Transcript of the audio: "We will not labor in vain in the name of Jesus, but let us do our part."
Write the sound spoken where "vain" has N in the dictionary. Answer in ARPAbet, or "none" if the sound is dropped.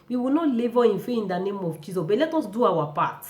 none